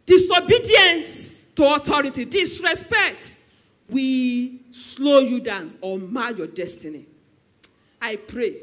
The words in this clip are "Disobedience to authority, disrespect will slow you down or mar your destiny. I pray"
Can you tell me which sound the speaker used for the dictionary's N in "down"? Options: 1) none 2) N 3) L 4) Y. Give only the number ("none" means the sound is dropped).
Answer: 2